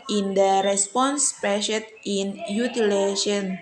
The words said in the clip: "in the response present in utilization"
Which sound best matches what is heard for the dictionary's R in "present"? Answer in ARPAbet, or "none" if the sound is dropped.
none